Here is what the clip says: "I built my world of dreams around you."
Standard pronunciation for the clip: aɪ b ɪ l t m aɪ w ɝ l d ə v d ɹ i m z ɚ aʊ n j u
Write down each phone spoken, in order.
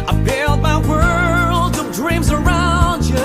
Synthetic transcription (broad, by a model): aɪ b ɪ l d m aɪ w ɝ l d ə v d ɹ i m z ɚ aʊ n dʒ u